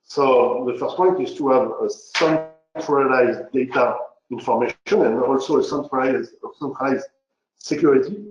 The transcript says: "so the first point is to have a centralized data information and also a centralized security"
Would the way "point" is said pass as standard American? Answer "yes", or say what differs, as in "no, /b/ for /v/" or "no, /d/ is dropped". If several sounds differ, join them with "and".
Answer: yes